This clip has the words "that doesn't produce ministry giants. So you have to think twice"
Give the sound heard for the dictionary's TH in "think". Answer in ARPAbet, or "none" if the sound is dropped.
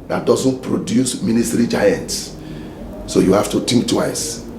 T